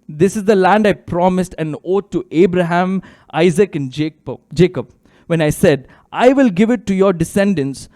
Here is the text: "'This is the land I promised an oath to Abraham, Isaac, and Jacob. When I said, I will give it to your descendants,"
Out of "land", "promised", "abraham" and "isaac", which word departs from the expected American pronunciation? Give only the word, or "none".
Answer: none